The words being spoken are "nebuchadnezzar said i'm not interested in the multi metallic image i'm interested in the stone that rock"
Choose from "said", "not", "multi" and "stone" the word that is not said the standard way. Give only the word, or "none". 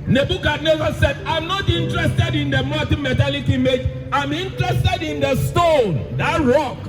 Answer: multi